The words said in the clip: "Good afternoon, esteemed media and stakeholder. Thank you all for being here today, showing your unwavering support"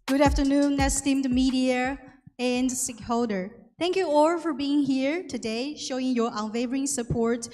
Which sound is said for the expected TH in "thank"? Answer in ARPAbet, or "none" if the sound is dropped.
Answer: T